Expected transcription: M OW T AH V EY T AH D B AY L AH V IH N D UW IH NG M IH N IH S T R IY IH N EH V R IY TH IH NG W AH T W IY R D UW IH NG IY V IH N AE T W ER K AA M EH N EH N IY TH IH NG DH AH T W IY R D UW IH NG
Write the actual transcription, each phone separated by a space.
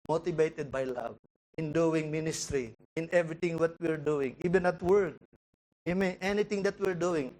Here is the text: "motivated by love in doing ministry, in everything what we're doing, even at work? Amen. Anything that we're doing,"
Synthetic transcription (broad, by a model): M OW T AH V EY T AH D B AY L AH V IH N D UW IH NG M IH N IH S T R IY IH N EH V R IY T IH NG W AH T W IY R D UW IH NG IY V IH N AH T W ER K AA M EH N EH N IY T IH NG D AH T W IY R D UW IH NG